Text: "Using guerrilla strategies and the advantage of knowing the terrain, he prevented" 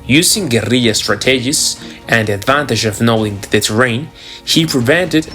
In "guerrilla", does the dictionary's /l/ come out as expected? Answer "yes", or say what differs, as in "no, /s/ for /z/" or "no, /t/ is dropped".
no, /l/ is dropped